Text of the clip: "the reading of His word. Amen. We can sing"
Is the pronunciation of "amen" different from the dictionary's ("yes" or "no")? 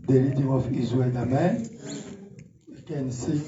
no